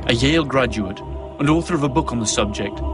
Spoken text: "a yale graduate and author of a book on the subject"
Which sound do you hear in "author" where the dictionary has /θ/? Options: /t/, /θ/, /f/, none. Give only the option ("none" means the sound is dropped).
/θ/